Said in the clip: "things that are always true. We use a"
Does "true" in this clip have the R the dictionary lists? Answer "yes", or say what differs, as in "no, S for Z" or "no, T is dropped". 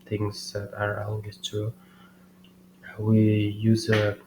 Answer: no, R is dropped